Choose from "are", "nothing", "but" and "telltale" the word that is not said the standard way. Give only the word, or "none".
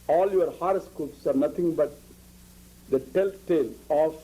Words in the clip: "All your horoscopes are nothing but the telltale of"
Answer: nothing